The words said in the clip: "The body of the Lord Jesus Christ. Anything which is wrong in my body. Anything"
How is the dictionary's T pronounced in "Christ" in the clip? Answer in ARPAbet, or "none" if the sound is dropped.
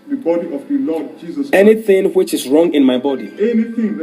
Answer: none